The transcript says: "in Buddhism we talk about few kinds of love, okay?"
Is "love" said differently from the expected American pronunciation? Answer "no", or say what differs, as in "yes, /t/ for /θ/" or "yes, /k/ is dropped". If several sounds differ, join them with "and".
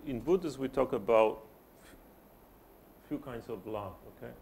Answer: yes, /f/ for /v/